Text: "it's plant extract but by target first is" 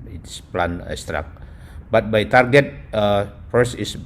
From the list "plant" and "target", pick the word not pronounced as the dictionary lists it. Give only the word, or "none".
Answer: plant